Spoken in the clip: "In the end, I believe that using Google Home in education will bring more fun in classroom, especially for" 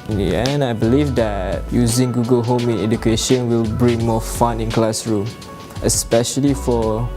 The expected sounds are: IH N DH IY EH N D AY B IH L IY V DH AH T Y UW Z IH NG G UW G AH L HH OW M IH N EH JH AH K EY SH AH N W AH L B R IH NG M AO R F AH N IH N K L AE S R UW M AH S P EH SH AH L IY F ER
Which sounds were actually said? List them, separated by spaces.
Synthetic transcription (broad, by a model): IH N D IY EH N AY B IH L IY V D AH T Y UW Z IH NG G UW G AH L HH OW M IH N EH JH AH K EY SH AH N W AH L B R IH NG M AO F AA N IH N K L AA S R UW M AH S P EH SH AH L IY F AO